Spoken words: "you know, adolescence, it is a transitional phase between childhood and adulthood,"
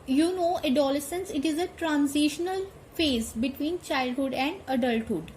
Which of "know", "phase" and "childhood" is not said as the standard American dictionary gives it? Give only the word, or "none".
none